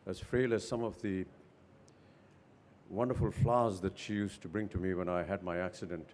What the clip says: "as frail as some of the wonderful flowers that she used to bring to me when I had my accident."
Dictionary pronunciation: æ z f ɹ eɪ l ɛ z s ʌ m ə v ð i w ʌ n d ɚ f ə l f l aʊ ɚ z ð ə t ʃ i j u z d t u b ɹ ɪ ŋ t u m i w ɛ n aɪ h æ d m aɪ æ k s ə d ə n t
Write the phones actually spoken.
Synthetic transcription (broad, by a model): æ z f ɹ eɪ l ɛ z s ʌ m ə v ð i w ʌ n d ɚ f ə l f l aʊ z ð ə t ʃ i j u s t u b ɹ ɪ ŋ t u m i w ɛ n aɪ h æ d m aɪ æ k s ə d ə n t